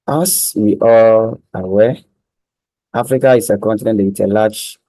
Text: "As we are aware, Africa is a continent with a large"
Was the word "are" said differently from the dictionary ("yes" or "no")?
yes